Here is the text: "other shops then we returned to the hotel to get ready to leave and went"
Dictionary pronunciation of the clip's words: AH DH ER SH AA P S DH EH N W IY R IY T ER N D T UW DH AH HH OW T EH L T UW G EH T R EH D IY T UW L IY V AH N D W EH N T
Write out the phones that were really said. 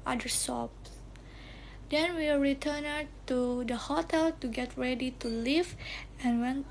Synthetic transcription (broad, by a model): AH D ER S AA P S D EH N W IY R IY T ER N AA T UW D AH HH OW T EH L T UW G EH T R EH D IY T UW L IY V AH N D W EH N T